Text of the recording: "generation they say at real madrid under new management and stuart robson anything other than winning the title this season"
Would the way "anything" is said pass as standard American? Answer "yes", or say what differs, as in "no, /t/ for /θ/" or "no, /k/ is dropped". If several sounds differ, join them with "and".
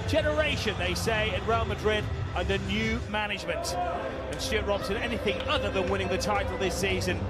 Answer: yes